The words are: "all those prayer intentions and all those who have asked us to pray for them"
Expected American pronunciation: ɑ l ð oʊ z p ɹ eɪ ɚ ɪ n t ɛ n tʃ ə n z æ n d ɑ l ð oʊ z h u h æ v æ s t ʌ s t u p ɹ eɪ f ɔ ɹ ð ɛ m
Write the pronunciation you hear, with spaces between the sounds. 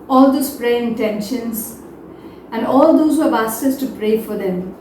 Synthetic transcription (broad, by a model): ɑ l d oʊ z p ɹ eɪ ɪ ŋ t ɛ n ʃ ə n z æ n d ɑ l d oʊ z h u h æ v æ s ʌ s t u p ɹ eɪ f ɔ ɹ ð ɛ m